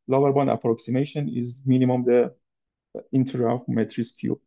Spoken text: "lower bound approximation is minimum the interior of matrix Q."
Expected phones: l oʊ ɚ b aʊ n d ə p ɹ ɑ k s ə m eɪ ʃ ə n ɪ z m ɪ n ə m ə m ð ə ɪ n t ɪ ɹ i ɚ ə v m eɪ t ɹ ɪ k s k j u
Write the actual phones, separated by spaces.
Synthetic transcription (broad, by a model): l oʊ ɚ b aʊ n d ə p ɹ ɑ k s ə m eɪ ʃ ə n ɪ z m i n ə m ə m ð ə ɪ n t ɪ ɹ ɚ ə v m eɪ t ɹ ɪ s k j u